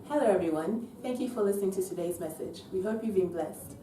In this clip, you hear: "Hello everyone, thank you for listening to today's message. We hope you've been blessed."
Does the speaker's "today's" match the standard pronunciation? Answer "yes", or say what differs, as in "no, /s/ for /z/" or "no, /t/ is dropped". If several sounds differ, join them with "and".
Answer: yes